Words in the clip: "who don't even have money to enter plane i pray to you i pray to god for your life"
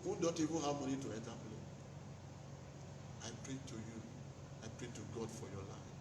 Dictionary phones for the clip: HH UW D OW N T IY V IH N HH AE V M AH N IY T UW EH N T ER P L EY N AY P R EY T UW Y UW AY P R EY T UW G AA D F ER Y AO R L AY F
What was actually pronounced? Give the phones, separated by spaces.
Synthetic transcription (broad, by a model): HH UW D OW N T IY V IH N HH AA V M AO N IY T UW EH N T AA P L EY AY P R EY T UW Y UW AY P R EY T UW G AA D F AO Y AO L AY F